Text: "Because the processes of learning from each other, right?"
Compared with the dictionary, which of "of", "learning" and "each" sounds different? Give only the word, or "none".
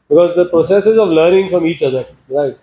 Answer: none